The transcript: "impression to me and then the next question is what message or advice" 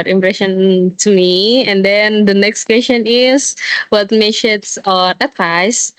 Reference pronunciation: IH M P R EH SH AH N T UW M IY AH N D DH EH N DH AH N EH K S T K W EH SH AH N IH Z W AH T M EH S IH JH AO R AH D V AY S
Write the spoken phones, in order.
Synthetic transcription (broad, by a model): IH M P R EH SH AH N T UW M IY AH N D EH N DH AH N EH K S T K W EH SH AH N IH S W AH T M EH SH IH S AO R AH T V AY S